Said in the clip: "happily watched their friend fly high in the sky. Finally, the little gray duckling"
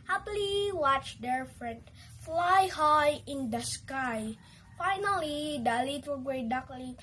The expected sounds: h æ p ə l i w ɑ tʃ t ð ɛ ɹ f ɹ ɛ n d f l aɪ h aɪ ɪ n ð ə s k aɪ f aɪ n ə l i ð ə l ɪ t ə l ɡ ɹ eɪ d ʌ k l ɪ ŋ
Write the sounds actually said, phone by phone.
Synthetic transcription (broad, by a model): h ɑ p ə l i w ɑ tʃ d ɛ ɹ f ɹ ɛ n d f l aɪ h aɪ ɪ n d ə s k aɪ f aɪ n ə l i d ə l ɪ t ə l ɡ w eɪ d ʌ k l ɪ